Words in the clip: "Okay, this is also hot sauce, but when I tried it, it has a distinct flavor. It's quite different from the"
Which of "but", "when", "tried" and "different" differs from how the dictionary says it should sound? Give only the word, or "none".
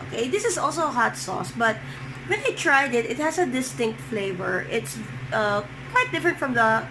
none